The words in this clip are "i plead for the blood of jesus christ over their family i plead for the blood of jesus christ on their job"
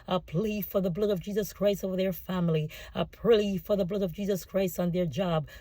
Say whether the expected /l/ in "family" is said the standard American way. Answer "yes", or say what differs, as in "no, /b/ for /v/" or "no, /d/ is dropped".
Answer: yes